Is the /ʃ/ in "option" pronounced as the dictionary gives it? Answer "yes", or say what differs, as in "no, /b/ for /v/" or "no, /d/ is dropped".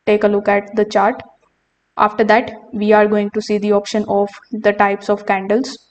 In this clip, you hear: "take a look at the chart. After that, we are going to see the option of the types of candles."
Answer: yes